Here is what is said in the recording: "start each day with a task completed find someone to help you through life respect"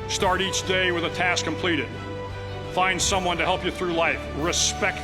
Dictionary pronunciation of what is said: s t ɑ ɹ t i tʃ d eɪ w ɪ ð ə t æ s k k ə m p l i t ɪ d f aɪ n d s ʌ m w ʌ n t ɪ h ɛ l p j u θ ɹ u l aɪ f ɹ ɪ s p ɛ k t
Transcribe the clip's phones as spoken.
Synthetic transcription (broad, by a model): s t ɑ ɹ t i tʃ d eɪ w ɪ ð ə t æ s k k ə m p l i t ɪ d f aɪ n d s ʌ m w ʌ n t ɪ h ɛ l p j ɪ θ ɹ u l aɪ f ɹ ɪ s p ɛ k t